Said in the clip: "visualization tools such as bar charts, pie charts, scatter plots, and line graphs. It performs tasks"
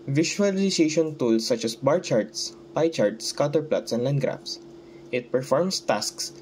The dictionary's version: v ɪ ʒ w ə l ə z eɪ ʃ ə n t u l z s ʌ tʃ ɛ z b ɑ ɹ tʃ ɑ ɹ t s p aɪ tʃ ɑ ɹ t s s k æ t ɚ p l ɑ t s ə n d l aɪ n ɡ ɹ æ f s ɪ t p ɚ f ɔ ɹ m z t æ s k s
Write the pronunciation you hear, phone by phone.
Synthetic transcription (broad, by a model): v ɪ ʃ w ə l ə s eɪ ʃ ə n t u l s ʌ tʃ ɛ s b ɑ ɹ tʃ ɑ ɹ t s p aɪ tʃ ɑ ɹ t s s k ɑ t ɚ p l ɑ t s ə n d l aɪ n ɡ ɹ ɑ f s ɪ t p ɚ f ɔ ɹ m s t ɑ s k s